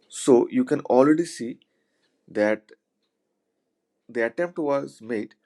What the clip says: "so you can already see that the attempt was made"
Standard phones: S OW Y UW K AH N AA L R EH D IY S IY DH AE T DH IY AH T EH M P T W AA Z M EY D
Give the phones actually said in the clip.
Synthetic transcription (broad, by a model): S OW Y UW K AH N AA L R EH D IY S IY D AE T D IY AH T EH M P T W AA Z M EY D